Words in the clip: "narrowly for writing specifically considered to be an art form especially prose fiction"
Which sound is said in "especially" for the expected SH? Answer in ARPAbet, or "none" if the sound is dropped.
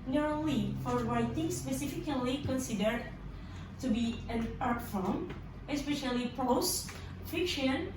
SH